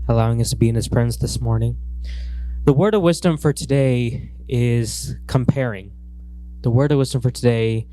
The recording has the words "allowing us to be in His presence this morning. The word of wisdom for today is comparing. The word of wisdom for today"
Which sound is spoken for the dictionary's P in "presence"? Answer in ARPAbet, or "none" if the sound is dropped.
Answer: F